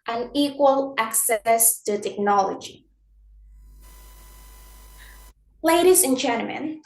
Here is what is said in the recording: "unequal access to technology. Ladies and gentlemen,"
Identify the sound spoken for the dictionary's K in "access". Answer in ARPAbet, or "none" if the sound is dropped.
K